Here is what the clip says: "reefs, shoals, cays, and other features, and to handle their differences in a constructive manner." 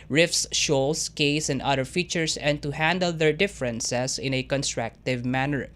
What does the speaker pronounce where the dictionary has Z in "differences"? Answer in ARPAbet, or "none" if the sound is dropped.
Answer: S